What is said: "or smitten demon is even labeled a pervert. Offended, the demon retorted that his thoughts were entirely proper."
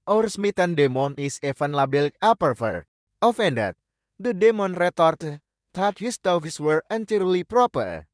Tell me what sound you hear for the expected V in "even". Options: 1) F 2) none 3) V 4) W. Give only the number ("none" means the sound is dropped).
1